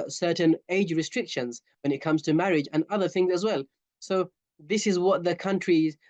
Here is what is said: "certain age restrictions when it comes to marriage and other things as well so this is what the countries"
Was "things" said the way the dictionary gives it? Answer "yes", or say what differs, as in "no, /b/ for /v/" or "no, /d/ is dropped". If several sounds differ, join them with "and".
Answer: yes